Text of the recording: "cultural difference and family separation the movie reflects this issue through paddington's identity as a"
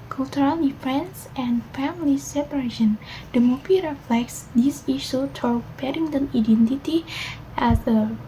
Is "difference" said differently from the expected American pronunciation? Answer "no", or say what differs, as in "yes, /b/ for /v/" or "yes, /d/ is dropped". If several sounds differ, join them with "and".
yes, /ɹ/ is dropped